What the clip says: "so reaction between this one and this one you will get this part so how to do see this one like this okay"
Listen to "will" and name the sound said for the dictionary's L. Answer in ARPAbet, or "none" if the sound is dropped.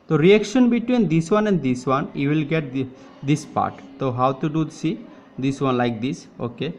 L